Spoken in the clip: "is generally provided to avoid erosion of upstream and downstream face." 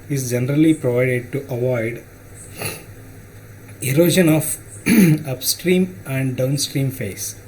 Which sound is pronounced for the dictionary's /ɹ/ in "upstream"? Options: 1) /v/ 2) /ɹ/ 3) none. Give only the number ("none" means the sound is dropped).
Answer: 2